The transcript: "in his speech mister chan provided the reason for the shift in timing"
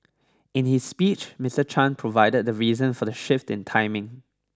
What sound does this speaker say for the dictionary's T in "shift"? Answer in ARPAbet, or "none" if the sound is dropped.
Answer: T